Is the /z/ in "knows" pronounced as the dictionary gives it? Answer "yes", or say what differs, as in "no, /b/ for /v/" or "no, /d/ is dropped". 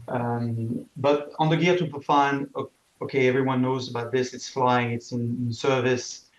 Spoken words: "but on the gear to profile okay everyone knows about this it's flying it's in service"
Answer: yes